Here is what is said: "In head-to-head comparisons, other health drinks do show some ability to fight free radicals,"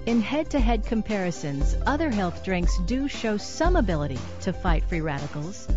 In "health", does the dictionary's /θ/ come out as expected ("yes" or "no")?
yes